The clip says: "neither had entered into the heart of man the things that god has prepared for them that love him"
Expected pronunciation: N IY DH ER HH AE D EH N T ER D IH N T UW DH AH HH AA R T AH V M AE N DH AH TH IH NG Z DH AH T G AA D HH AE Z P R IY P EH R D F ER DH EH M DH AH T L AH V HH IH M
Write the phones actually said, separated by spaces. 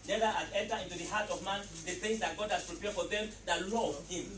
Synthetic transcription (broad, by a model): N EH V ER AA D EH N T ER IH N T UW DH AH HH AA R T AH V M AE N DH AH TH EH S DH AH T G AA D HH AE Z P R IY P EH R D F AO DH EH M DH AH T L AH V HH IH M